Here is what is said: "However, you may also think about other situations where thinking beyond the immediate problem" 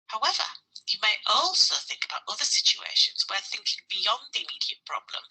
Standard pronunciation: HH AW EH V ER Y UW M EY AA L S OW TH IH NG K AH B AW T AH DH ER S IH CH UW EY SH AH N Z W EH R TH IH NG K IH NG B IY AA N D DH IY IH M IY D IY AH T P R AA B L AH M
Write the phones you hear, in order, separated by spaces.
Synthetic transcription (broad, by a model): HH AW EH V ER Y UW M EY AA L S OW TH IH NG K AH B AW T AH DH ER S IH CH UW EY SH AH N Z W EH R TH IH NG K IH NG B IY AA N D DH IY IH M IY D IY AH T P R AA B L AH M